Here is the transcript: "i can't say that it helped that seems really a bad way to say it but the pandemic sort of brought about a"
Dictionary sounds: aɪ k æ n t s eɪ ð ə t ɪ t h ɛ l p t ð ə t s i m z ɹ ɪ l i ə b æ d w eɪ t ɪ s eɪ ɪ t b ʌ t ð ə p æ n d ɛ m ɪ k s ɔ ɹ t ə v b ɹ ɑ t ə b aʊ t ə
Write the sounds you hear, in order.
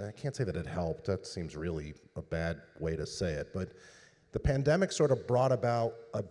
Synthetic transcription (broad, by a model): aɪ k æ n t s eɪ ð ə t ɪ t h ɛ l p t ð ə t s i m z ɹ ɪ l i ə b æ d w eɪ t ɪ s eɪ ɪ t b ʌ t ð ə p æ n d ɛ m ɪ k s ɔ ɹ t ə v b ɹ ɑ t ə b aʊ t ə